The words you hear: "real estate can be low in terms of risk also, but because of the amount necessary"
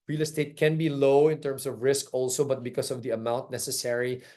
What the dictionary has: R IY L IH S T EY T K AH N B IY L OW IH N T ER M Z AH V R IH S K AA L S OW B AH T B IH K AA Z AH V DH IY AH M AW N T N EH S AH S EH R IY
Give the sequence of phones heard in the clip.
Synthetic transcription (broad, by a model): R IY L IH S T EY T K AH N B IY L OW IH N T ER M S AH V R IH S K AA L S OW B AH T B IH K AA S AH V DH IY AH M AW N T N EH S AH S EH R IY